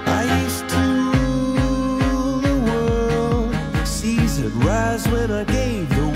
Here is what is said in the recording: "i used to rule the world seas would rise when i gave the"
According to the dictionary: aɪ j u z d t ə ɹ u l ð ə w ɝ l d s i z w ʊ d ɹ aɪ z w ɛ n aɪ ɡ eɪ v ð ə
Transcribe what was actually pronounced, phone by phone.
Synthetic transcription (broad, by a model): aɪ j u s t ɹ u ð ə w ɝ l d s i z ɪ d ɹ aɪ z w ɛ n aɪ ɡ eɪ v ð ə